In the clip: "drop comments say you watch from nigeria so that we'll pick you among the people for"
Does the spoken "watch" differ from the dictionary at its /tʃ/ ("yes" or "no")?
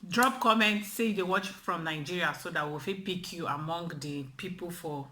no